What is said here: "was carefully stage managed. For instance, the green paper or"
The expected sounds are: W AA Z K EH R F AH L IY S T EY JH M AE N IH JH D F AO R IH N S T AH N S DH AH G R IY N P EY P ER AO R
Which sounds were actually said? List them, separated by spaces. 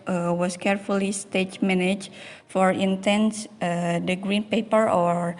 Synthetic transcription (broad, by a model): W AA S K EH R F AH L IY S T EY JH M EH N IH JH F AO R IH N T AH N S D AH G R IY N P EY P ER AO R